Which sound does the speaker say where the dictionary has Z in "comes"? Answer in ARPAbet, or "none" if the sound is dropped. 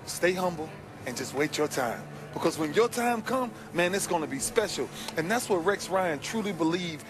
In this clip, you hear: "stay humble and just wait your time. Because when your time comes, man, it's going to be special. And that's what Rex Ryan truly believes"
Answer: none